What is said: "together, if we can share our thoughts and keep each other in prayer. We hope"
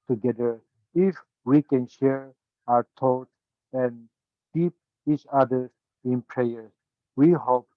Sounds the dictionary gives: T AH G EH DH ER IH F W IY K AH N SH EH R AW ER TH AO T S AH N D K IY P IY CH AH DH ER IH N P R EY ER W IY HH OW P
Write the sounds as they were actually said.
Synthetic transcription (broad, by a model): T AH G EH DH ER IH F W IY K AH N SH EH R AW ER T AO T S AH N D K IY P IY CH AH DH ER IH N P R EY ER W IY HH OW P